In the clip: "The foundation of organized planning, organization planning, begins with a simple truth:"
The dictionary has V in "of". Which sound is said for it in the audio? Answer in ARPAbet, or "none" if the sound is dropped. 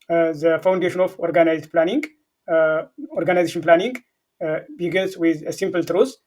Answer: F